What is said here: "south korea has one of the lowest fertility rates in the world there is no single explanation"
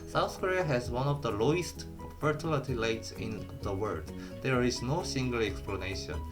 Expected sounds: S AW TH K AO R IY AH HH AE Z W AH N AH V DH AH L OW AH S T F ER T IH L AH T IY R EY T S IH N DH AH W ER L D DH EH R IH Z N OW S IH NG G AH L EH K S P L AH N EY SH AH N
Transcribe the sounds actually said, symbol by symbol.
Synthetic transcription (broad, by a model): S AW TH K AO R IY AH HH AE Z W AH N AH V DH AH L OW AH S T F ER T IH L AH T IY L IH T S IH N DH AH W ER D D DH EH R IH Z N OW S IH NG G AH L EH K S P L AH N EY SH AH N